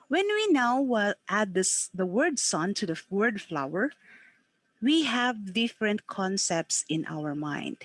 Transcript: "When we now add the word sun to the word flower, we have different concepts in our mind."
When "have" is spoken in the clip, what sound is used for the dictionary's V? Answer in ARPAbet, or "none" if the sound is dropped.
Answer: V